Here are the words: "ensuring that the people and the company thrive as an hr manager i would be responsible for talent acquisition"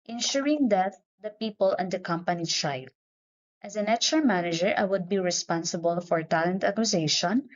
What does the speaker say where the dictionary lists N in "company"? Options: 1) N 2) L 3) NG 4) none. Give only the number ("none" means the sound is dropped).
1